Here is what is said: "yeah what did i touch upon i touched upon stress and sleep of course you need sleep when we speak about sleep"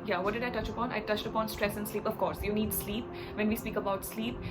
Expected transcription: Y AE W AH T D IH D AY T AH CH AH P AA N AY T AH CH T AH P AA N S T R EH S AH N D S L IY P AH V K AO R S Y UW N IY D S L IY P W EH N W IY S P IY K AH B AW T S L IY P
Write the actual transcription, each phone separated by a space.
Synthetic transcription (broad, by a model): Y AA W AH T D IH D AY T AH CH AH P AA N AY T AH CH T AH P AA N S T R EH S AH N D S L IY P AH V K AO R S Y UW N IY D S L IY P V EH N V IY S P IY K AH B AW T S L IY P